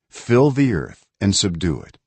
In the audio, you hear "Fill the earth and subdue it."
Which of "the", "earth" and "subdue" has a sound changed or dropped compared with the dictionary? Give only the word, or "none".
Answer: none